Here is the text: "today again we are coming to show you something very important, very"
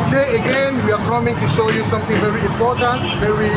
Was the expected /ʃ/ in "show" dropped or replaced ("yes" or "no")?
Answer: no